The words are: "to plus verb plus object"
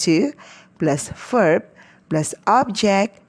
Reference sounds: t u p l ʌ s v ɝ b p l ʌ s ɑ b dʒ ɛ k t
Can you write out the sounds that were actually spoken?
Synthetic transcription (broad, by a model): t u p l ʌ s f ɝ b p l ʌ s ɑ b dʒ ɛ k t